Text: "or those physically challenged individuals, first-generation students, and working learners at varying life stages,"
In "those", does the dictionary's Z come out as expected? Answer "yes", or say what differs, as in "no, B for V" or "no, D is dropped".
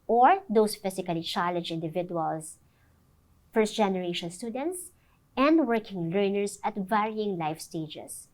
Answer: no, S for Z